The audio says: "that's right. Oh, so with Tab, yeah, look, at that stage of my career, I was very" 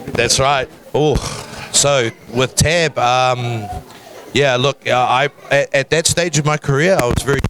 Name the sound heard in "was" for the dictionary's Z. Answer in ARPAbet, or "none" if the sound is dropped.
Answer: Z